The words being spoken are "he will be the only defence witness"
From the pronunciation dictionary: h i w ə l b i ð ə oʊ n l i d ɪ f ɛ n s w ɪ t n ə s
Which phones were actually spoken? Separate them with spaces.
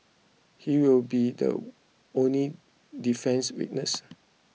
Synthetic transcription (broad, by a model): h i w ə l b i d ə oʊ n l i d ɪ f ɛ n s w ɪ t n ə s